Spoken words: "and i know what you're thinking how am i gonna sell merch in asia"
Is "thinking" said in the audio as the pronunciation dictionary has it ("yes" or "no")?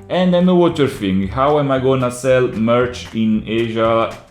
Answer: no